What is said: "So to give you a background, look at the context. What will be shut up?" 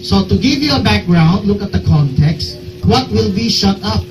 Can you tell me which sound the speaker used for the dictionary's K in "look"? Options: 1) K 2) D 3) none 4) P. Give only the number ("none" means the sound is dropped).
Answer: 1